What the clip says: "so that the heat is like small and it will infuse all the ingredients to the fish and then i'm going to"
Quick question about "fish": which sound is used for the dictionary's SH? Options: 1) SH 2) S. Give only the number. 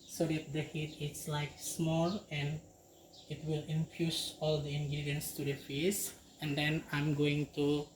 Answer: 2